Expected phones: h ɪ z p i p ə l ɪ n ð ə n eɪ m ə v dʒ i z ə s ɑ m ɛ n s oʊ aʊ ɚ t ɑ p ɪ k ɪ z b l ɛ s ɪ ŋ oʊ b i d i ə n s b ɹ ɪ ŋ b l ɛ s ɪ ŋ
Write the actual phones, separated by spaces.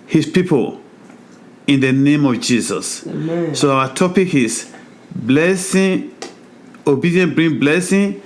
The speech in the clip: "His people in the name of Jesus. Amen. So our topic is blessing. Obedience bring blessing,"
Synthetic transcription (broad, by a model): h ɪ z p i p ə l ɪ n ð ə n eɪ m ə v dʒ i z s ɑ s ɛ s oʊ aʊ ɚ t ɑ p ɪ k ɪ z b l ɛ s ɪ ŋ oʊ b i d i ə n b ɹ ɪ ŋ b l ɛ s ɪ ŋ